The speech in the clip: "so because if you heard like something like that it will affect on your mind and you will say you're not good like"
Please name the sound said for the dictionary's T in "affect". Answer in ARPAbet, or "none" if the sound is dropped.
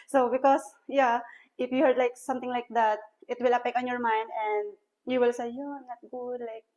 none